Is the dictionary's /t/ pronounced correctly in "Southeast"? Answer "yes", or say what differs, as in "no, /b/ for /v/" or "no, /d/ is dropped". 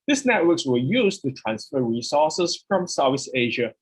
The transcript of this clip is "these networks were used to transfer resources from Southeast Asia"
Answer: no, /t/ is dropped